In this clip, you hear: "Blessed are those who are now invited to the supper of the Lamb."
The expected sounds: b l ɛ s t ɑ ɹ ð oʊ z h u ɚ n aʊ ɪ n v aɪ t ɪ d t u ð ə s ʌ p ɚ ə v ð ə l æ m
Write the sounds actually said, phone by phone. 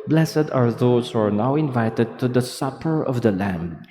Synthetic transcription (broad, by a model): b l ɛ s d ɑ ɹ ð oʊ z h u ɚ n aʊ ɪ n v aɪ t ɪ d t u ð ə s ʌ p ɚ ə v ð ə l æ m